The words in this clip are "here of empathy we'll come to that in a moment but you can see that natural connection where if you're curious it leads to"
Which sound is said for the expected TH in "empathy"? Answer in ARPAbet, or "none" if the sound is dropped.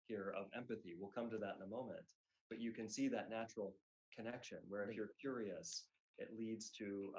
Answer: TH